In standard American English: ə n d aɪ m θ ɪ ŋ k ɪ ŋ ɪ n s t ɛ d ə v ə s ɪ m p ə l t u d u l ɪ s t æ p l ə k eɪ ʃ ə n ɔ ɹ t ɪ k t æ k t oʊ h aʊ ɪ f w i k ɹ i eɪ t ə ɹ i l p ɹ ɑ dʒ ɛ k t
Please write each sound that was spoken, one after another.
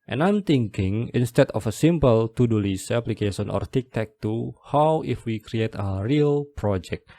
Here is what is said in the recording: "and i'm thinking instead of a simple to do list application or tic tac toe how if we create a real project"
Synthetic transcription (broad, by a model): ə n aɪ m t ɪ ŋ k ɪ ŋ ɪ n s t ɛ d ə f ə s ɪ m p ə l t u d u l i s æ p l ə k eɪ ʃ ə n ɔ ɹ t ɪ k t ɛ k t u h aʊ ɪ f w i k ɹ i eɪ t ə ɹ i l p ɹ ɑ dʒ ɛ k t